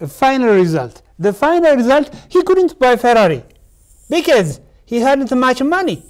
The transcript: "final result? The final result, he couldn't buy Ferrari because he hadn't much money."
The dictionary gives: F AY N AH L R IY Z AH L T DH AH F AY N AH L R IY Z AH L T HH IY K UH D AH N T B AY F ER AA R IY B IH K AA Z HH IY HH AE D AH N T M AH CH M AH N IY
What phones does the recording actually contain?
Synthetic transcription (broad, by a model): F AY N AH L R IY Z AH L T DH AH F AY N AH L R IY Z AH L T HH IY K UH D AH N T B AY F ER AA R IY B IH K AA Z HH IY HH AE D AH N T M AH CH M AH N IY